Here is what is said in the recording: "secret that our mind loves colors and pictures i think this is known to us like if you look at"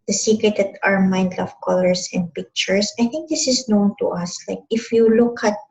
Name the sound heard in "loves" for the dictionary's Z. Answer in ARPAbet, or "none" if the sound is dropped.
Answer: none